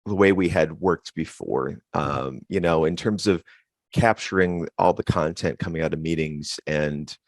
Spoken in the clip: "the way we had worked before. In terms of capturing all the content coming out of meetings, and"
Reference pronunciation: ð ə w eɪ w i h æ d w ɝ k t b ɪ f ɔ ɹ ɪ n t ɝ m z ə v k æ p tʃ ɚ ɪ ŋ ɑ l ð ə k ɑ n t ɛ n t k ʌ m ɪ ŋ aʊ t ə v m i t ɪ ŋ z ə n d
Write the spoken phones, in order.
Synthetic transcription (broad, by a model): ð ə w eɪ w i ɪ d w ɝ k t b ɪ f ɔ ɹ ɪ n t ɝ m z ə v k æ p tʃ ɚ ɪ ŋ ɑ l ð ə k ɑ n t ɛ n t k ʌ m ɪ ŋ aʊ t ə v m i t ɪ ŋ z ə n